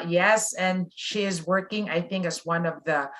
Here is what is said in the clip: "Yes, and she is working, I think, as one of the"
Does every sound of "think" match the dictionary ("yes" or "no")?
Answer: yes